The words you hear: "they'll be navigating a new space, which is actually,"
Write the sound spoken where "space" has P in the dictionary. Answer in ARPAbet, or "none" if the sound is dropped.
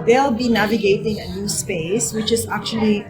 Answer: P